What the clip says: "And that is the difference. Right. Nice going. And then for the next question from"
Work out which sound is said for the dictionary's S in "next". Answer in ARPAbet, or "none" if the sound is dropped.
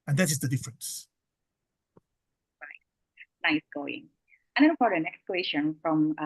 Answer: S